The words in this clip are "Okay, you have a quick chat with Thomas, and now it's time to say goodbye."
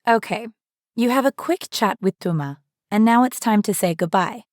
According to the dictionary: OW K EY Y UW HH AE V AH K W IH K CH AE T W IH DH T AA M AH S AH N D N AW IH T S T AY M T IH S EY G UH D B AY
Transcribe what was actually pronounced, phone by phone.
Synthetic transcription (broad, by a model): OW K EY Y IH V AH K W IH K CH AE T W IH DH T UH M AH AH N N AW IH T S T AY M T IH S EY G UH D B AY